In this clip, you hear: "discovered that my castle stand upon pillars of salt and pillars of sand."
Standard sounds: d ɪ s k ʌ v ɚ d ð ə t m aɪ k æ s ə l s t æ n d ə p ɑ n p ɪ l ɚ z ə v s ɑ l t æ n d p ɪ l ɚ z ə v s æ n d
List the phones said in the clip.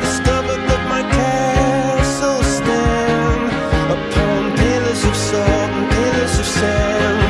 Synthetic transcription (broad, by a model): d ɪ s k ʌ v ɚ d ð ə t m aɪ k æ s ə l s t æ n ə p ɑ n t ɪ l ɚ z ə v s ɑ n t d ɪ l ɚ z ə v s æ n